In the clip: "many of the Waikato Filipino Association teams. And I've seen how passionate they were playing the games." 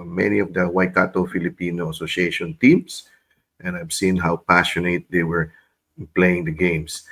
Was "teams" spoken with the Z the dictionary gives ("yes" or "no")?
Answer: no